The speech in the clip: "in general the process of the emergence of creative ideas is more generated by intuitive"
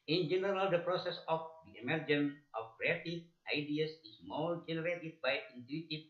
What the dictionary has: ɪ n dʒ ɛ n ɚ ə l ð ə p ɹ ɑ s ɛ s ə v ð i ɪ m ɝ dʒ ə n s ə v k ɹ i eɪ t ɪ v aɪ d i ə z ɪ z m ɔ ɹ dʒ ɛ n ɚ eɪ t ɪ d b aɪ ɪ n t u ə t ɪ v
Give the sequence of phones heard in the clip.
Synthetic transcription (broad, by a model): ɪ n dʒ ɛ n ɚ ə l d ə p ɹ ɑ s ɛ s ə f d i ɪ m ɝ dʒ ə n ə f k ɹ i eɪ t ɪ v aɪ d i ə s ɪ s m ɔ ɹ dʒ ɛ n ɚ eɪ t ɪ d b aɪ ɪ n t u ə t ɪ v